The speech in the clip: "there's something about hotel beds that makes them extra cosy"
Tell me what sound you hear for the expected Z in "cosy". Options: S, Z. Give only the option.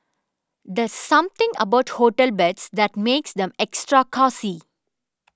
S